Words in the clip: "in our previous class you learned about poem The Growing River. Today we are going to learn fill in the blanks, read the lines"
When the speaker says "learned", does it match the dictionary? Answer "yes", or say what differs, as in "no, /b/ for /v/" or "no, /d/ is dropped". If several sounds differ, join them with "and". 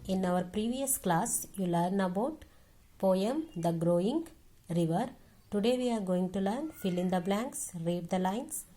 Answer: no, /d/ is dropped